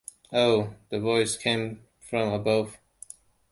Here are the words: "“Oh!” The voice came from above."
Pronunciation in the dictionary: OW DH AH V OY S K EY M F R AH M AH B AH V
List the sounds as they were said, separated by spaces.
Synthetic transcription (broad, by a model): OW DH AH V OY S K EY M F R AH M AH B AH V